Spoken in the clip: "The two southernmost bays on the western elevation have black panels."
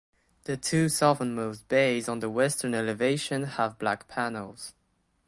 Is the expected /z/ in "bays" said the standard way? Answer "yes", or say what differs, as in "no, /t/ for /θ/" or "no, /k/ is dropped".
yes